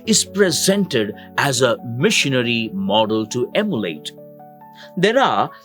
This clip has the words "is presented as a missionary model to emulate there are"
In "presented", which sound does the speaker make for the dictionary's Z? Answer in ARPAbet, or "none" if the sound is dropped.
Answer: Z